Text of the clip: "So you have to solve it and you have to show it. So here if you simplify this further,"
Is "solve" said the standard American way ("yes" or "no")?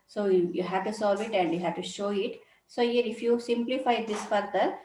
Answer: yes